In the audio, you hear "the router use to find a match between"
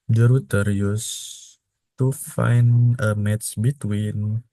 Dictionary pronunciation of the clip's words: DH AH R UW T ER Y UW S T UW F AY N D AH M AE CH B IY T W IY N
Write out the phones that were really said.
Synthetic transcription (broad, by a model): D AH R UW T ER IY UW S T UW F AY N AH M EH S B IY T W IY N